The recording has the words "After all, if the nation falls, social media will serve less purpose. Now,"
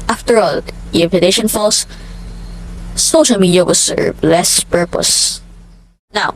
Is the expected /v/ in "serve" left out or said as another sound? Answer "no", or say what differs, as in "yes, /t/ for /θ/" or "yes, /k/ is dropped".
yes, /b/ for /v/